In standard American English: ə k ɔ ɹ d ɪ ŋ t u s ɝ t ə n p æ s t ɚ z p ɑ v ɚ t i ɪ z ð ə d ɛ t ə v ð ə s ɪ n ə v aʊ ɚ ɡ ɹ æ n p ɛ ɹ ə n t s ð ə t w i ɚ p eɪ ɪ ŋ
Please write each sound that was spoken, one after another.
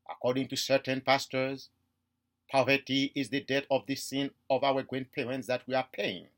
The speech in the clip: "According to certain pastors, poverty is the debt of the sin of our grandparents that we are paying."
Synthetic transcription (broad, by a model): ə k ɔ ɹ d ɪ ŋ t u s ɝ t ə n p æ s t ɚ z p ɑ v ɚ t i ɪ z ð ə d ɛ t ə v ð ə s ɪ n ə v aʊ ɚ ɡ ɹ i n p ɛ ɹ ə n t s ð ə t w i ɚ p eɪ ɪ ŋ